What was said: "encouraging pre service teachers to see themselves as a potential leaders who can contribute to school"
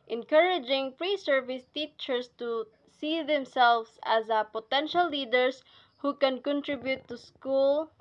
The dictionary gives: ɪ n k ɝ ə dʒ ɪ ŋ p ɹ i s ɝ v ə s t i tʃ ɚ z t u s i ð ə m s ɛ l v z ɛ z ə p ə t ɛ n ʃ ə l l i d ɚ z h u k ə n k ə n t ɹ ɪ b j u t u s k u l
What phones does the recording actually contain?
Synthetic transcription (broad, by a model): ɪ n k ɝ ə dʒ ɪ ŋ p ɹ i s ɝ v ə s t i tʃ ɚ s t u s i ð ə m s ɛ l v s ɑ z ə p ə t ɛ n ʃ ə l l i d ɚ s h u k ə n k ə n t ɹ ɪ b j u t u s k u l